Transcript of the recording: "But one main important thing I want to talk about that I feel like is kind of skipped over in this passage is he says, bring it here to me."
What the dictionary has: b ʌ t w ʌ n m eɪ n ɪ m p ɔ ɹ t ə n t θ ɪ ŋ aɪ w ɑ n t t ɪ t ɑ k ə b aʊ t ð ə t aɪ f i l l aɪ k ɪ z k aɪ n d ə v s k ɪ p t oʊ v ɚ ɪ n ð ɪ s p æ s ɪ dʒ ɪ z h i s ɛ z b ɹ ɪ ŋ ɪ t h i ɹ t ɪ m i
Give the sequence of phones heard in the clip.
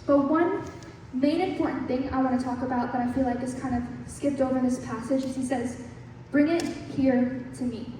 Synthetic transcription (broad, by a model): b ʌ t w ʌ n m eɪ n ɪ m p ɔ ɹ t n θ ɪ ŋ aɪ w ɑ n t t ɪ t ɑ k ə b aʊ t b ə t aɪ f i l l aɪ k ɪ s k aɪ n d ə v s k ɪ p t oʊ v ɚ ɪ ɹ ð ɪ s p æ s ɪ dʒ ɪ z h i s ɛ z b ɹ ɪ ŋ ɪ t h i ɹ t ɪ m i